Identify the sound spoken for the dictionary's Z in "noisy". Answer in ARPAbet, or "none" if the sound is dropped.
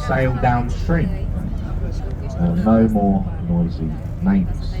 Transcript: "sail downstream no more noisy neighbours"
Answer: Z